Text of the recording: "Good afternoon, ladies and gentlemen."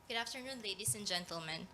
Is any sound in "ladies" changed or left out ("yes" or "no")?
yes